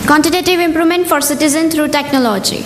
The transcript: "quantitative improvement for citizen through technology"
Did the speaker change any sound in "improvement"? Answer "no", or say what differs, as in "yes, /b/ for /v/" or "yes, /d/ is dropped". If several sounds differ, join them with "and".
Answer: yes, /v/ is dropped